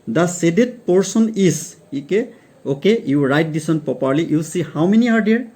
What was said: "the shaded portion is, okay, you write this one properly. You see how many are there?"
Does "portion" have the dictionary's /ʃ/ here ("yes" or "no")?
no